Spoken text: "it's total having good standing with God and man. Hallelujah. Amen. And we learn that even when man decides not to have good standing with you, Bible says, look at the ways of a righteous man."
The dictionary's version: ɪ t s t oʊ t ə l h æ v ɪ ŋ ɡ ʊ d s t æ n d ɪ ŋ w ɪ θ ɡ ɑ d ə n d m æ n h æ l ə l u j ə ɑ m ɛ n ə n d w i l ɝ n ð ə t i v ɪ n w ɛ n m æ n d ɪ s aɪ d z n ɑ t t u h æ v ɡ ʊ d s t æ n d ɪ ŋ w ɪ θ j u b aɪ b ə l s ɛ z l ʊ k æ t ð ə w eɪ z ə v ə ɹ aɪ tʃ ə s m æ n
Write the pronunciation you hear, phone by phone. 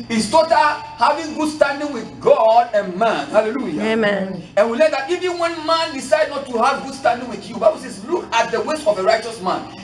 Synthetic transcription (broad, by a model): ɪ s t oʊ t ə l h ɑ v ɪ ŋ ɡ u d s t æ n d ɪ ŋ w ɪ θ ɡ ɑ d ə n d m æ n h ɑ l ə l u j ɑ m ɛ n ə n w i l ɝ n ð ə t i v ɪ n w ɛ n m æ n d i s aɪ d n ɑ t t u h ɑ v ɡ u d s t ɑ n d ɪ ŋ w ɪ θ j u b aɪ b ə l s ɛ s l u k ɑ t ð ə w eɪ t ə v ə ɹ aɪ tʃ ə s m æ n